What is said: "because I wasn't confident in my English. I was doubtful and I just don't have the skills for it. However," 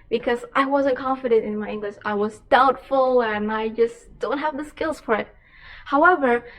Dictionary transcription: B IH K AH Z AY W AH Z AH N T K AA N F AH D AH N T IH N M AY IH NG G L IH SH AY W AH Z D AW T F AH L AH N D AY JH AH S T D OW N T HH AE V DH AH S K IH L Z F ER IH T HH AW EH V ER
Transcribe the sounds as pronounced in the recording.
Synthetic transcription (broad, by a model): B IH K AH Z AY W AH Z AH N K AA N F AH D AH N T IH N M AY IH NG G L IH SH AY W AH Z D AW T F AH L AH N AY JH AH S D OW N T HH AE V DH AH S K IH L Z F ER IH T HH AW EH V ER